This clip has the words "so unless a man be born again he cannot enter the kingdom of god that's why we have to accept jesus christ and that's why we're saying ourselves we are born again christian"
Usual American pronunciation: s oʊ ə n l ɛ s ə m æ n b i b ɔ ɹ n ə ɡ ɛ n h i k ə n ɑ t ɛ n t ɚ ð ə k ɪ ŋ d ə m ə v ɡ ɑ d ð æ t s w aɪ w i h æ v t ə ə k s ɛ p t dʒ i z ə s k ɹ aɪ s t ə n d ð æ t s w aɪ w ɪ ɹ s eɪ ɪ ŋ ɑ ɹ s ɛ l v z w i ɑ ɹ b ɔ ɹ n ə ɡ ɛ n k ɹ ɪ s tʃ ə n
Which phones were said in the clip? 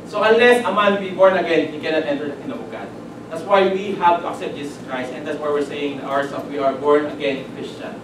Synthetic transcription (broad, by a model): s oʊ ə n l ɛ s ə m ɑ n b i b ɔ ɹ n ə ɡ ɛ n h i k ə n ɑ t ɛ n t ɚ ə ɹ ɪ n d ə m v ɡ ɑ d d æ t s w aɪ w i h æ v t ə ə k s ɛ p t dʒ i s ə s k ɹ aɪ s t ə n d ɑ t s w aɪ w ɪ ɹ s eɪ ɪ ŋ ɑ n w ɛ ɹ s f w i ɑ ɹ b ɔ ɹ n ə ɡ ɛ n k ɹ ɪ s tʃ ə n